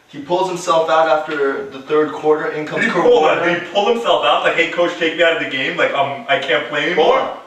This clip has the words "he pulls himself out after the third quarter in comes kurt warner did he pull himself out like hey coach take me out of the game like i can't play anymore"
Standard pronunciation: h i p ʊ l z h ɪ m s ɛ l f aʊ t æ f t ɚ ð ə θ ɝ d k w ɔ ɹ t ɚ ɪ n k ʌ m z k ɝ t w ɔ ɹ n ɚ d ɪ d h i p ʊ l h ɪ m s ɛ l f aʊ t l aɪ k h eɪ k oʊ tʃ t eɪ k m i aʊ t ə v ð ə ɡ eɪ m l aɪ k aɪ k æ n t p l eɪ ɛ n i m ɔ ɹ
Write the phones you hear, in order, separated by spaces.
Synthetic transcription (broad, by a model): h i p ʊ l z h ɪ m s ɛ l f aʊ t æ f t ɚ ð ə θ ɝ d k w ɔ ɹ t ɚ ɪ n k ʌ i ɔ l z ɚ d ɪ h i p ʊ l h ɪ m s ɛ l f aʊ t l aɪ k h eɪ k oʊ tʃ t eɪ k m i aʊ t ə v ð ə ɡ eɪ m l aɪ k aɪ k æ n p l eɪ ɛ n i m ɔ ɹ